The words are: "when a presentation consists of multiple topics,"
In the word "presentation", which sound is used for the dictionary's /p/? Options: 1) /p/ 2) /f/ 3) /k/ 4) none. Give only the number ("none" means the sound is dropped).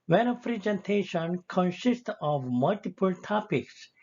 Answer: 2